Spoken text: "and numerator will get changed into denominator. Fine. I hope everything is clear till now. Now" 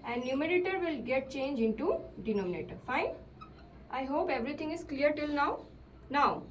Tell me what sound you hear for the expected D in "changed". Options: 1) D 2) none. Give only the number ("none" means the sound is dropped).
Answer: 2